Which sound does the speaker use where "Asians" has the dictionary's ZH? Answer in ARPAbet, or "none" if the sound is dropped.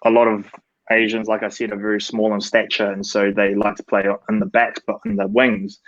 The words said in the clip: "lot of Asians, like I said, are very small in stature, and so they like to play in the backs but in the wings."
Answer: ZH